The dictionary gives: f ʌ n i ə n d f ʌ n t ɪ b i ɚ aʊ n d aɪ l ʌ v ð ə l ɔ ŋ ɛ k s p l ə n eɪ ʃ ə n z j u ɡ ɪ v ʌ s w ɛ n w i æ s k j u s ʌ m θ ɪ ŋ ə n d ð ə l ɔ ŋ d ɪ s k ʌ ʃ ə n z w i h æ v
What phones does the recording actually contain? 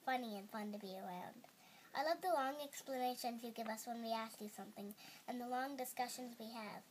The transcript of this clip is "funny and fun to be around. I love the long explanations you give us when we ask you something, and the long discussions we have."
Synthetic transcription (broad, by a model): f ʌ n i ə n f ʌ n t ɪ b i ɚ aʊ n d aɪ l ʌ v ð ə l ɔ ŋ ɛ k s p l ə n eɪ ʃ ə n z j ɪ ɡ ɪ v ʌ s w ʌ n w i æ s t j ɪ s ʌ m θ ɪ ŋ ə n ð ə l ɔ ŋ d ɪ s k ʌ ʃ ə n z w i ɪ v